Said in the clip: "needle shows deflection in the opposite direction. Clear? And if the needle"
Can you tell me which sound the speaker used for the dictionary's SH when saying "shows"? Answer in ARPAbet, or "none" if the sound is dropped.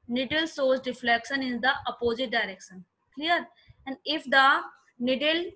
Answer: S